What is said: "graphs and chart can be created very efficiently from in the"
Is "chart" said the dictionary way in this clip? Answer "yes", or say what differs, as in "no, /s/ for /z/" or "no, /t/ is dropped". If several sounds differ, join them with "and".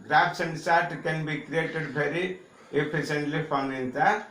no, /s/ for /tʃ/